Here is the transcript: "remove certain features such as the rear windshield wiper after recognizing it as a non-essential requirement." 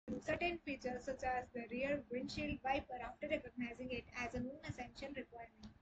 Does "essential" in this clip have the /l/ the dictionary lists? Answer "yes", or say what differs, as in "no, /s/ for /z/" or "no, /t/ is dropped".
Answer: no, /n/ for /l/